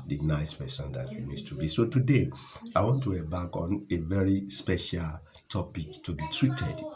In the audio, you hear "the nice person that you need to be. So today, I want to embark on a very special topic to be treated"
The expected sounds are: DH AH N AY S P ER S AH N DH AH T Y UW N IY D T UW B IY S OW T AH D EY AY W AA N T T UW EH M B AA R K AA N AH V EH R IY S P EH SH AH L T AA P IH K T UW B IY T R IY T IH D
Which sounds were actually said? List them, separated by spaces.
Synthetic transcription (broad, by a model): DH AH N AY S P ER S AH N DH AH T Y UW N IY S T UW B IY S OW T AH D EY AY W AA N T T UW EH B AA K AA N AH V EH R IY S P EH SH AH L T AA P IH K T UW B IY T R IY T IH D